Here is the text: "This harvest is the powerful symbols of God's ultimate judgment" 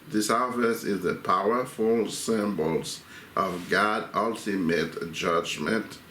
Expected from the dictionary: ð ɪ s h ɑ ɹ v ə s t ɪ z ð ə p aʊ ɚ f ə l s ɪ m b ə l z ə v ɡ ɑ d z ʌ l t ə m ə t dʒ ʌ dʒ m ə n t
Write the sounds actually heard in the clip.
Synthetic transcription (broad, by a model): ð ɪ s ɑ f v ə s ɪ z ð ə p aʊ ɚ f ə l s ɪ m b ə l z ə v ɡ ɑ d ʌ l t ə m ə t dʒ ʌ dʒ m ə n t